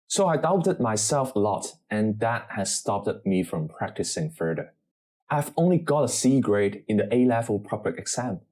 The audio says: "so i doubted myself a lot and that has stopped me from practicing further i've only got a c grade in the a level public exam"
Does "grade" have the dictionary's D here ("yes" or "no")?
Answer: yes